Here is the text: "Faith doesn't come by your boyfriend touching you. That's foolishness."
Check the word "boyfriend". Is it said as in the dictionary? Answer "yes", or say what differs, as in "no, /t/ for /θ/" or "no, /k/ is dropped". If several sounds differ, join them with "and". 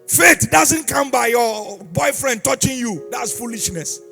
yes